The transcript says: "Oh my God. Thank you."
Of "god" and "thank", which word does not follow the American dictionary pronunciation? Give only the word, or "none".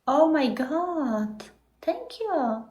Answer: thank